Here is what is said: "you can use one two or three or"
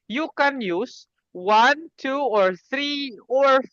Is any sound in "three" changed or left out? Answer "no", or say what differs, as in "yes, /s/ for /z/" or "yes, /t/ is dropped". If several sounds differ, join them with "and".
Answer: no